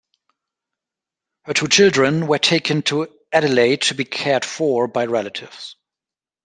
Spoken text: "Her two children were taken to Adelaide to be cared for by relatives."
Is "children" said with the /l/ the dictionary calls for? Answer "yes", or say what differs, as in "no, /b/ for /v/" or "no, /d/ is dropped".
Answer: yes